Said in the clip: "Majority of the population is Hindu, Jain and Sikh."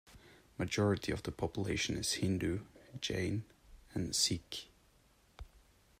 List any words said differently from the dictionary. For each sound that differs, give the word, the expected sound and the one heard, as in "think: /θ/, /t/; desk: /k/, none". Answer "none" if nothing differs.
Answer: none